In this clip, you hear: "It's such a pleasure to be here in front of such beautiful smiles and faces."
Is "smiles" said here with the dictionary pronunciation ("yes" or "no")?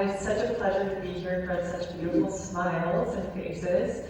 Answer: yes